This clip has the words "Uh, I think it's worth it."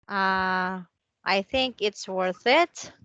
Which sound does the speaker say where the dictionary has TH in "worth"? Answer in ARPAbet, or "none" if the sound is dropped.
TH